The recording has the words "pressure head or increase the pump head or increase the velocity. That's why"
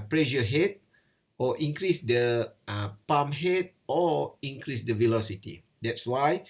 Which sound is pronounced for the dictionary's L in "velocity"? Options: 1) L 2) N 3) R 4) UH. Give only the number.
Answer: 1